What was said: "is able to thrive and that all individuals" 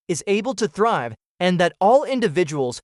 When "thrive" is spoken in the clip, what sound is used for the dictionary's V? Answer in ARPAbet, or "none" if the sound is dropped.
V